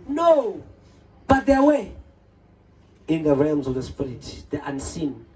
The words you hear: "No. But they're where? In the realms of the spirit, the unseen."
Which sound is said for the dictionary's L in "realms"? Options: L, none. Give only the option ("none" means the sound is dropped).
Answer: L